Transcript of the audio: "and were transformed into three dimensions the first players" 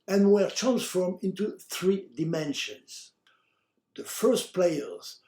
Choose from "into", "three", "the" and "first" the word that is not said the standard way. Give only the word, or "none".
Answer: none